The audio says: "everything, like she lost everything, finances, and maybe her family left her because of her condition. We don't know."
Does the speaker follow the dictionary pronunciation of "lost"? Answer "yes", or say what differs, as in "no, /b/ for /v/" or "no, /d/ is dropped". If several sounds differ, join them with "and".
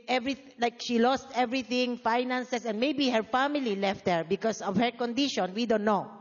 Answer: yes